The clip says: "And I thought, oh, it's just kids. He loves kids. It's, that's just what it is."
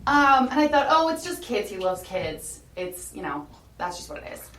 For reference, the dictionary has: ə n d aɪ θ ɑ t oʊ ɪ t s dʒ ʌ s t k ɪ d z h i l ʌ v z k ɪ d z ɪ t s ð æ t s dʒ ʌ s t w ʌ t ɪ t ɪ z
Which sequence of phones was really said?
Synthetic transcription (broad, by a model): ə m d aɪ θ ɑ t oʊ ɪ t s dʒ ʌ s k ɪ d z h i l ʌ v z k ɪ d z ɪ t s ð æ t s dʒ ʌ s t w ʌ t ɪ t ɪ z